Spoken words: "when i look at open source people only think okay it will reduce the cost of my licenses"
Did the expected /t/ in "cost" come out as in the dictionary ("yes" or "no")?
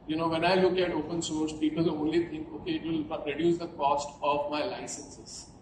yes